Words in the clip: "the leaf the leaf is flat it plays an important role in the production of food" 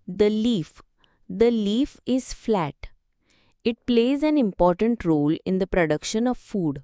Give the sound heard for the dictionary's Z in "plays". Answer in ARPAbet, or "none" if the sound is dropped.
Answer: Z